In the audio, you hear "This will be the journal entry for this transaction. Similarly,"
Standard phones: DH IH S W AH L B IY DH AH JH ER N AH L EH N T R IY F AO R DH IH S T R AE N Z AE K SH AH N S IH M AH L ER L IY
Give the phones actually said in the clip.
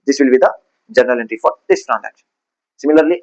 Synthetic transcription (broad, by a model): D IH S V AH L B IY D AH JH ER N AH L EH N T R IY F AO R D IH S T R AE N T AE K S S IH M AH L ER L IY